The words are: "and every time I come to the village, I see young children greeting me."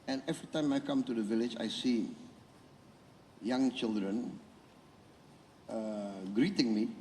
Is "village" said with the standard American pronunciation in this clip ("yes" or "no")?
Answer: yes